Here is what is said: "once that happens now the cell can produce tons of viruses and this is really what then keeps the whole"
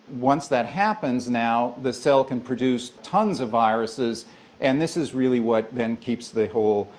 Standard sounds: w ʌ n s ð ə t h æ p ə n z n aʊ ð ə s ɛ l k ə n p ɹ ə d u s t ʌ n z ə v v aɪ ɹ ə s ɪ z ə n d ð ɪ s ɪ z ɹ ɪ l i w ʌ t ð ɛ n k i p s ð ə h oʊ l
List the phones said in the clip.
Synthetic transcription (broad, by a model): w ʌ n s ð ə t h æ p ə n z n aʊ ð ə s ɛ l k ə n p ɹ ə d u s t ʌ n z ə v v aɪ ɹ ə s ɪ z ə n ð ɪ s ɪ z ɹ ɪ l i w ʌ t ð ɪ n k i p s ð ə h oʊ l